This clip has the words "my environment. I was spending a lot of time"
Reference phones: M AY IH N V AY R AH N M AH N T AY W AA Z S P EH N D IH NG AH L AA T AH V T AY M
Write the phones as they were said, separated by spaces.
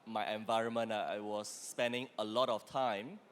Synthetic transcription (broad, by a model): M AY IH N V AY R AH N M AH N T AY W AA S P EH N D IH NG AH L AA T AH F T AY M